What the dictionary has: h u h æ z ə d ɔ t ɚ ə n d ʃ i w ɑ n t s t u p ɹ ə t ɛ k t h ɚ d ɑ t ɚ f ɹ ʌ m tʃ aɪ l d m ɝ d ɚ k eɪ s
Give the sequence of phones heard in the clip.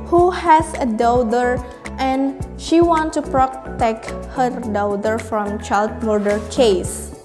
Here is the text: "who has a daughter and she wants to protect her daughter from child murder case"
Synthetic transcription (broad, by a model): h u h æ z ə d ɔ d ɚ ə n d ʃ i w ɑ n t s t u p ɹ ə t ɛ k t h ɚ d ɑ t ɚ f ɹ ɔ m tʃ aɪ l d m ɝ d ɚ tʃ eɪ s